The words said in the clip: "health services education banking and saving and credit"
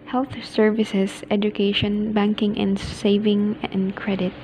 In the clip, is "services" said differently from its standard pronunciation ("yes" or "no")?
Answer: yes